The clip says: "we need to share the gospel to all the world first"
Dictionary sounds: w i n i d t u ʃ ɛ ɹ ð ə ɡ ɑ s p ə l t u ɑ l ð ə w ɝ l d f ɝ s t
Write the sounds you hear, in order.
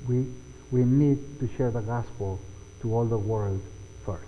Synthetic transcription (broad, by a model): w i n i d t u ʃ ɛ ɹ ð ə ɡ ɑ s p ə l t u ɑ l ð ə w ɝ l d f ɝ s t